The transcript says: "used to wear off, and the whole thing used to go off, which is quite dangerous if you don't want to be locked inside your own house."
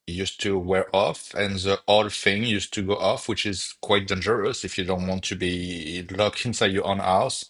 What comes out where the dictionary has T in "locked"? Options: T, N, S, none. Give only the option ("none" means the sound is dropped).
none